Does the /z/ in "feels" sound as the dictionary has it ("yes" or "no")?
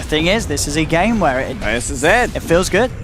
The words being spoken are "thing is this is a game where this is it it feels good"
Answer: yes